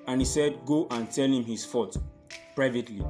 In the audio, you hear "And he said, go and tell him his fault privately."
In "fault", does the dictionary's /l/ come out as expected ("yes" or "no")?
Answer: no